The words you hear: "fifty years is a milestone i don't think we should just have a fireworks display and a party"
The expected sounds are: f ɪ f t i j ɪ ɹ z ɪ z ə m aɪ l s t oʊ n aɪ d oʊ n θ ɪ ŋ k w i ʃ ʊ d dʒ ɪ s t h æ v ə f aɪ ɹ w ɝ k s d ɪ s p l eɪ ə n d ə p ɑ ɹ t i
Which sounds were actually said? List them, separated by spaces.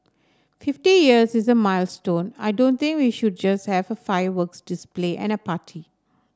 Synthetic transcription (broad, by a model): f ɪ f t i j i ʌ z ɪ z ə m aɪ l s t oʊ n aɪ d oʊ n t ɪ ŋ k w i ʃ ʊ d dʒ ɪ s t h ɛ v ə f aɪ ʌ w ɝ k s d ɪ s p l eɪ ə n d ə p ɑ t i